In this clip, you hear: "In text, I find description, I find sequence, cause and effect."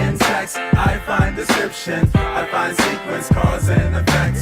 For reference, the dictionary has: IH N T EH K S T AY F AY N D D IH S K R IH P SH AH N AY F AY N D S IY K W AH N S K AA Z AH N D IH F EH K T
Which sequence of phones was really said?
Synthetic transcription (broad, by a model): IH N S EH K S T AY F AY N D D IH S K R IH P SH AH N AY F AY N D S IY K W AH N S K AA Z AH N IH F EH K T